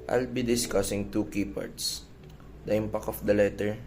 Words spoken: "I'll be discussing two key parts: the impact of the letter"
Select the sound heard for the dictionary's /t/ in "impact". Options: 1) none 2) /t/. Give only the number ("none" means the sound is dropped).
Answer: 1